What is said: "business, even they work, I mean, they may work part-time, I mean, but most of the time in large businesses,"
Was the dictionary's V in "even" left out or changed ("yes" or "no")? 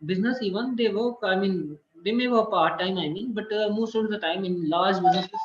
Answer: no